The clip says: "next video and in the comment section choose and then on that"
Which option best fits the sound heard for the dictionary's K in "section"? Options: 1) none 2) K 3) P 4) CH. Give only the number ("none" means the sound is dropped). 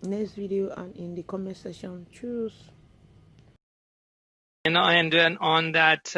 1